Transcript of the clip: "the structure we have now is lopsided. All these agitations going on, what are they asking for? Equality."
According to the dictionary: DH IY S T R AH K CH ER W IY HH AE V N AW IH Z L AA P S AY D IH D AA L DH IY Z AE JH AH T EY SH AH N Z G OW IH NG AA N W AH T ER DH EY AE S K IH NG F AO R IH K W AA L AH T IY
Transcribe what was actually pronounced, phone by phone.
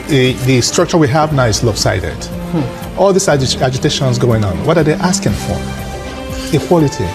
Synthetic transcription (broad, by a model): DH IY S T R AH K CH ER W IY HH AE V N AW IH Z L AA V S AY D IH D AA L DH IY S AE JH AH T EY SH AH N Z G OW IH NG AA N W AH T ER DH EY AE S K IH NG F AO R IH K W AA L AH T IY